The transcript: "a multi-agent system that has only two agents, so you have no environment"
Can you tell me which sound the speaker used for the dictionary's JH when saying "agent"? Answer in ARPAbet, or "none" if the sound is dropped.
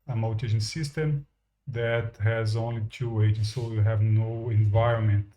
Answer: SH